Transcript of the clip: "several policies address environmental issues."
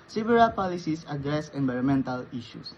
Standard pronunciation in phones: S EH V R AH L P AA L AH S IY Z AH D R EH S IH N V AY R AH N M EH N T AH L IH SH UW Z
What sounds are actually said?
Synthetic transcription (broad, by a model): S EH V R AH P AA L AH S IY S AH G R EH S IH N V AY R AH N M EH N T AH L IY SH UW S